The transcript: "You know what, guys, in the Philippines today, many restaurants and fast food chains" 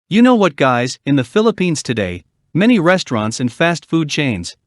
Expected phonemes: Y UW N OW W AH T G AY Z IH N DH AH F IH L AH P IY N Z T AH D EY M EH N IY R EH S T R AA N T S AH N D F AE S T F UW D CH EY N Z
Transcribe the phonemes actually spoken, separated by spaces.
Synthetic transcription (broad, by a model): Y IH N OW W AH T G AY Z IH N DH AH F IH L AH P IY N Z T AH D EY M EH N IY R EH S T R AA N T S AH N F AE S T F UW D CH EY N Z